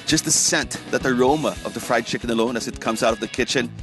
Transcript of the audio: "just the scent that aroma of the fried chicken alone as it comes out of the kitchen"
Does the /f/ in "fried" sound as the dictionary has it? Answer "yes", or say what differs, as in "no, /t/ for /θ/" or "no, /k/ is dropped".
yes